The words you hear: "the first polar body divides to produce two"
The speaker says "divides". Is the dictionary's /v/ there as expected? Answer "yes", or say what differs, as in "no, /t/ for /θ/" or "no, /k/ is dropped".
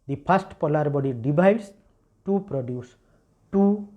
no, /b/ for /v/